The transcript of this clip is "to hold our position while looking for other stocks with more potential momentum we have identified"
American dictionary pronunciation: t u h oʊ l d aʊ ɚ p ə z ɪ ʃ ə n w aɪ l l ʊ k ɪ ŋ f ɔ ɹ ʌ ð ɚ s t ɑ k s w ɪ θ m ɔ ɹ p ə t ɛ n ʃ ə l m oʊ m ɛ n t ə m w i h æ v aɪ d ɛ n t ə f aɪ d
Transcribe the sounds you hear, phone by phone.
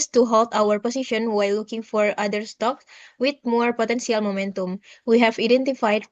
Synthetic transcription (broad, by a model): t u h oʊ l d aʊ ɚ p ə s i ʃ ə n w aɪ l l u k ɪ ŋ f ɔ ɹ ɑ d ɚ s t ɑ k s w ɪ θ m ɔ ɹ p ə t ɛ n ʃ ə l m oʊ m ɛ n t ə m w i h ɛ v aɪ d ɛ n t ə f aɪ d